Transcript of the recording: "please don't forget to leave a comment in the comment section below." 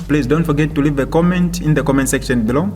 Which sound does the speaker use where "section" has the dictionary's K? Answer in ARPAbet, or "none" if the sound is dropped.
K